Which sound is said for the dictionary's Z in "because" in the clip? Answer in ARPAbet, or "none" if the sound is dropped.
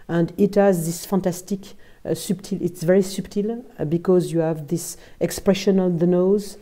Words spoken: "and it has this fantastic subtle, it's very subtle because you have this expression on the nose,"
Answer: Z